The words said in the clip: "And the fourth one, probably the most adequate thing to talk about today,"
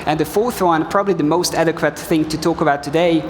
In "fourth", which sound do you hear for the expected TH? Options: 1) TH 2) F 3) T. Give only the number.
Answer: 1